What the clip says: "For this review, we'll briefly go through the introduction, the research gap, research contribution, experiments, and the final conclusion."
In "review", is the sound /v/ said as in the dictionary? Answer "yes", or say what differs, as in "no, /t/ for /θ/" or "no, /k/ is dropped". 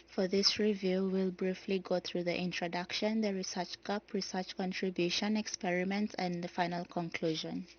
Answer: yes